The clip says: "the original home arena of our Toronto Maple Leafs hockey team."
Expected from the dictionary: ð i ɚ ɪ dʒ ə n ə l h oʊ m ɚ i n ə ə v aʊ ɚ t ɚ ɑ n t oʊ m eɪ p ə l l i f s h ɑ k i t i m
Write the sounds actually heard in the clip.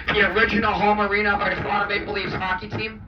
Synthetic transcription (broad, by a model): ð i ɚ ɪ dʒ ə n l h oʊ m ɚ i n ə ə b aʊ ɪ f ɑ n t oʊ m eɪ b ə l l i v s h ɑ k i t i m